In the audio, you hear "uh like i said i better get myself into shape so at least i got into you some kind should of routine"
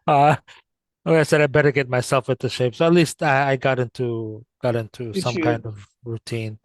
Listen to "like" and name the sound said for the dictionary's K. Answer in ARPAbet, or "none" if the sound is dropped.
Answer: none